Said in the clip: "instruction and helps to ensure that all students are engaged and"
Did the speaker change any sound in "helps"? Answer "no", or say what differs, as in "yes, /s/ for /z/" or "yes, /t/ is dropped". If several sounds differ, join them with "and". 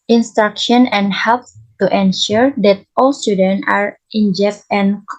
yes, /s/ is dropped